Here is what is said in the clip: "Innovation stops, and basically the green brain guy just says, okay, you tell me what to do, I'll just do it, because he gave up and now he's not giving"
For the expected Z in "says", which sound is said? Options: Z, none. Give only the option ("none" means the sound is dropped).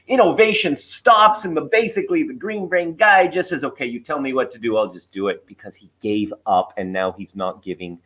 Z